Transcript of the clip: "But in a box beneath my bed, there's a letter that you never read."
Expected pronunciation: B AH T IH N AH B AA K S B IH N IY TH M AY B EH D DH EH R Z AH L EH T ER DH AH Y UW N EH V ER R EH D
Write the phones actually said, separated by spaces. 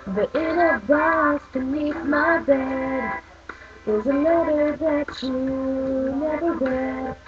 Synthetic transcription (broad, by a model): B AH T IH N AH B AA S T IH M IY T M AY B EH D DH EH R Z AH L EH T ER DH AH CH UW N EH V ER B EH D